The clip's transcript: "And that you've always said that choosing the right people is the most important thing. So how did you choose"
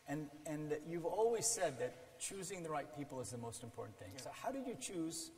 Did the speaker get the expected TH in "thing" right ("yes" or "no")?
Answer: yes